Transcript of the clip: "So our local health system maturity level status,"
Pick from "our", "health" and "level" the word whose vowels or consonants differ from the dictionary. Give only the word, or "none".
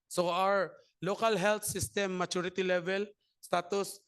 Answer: health